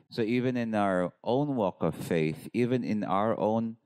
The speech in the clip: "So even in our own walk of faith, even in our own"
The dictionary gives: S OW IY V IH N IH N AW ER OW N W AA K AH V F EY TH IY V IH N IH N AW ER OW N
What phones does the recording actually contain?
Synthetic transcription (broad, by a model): S OW IY V IH N IH N AW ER OW N W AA K AH V F EY TH IY V IH N IH N AW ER OW N